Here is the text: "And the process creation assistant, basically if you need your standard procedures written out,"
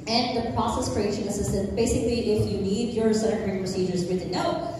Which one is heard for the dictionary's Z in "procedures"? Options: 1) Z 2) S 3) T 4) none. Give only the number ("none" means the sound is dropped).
1